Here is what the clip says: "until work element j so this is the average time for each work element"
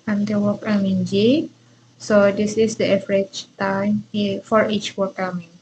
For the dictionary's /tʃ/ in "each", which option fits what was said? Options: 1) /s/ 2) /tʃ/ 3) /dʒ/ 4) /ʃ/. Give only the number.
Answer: 2